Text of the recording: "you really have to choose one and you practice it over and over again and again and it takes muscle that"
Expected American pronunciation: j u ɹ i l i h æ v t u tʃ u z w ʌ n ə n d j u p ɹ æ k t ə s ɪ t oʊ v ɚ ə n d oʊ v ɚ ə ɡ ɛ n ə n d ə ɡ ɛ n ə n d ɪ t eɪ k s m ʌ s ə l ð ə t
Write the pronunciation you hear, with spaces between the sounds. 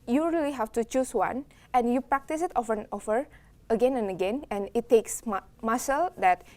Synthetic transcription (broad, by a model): j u ɹ i l i h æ f t u tʃ u s w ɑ n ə n j u p ɹ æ k t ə s ɪ t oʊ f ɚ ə n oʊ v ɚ ə ɡ ɛ n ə n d ə ɡ ɛ n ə n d ɪ t eɪ k s m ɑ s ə l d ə t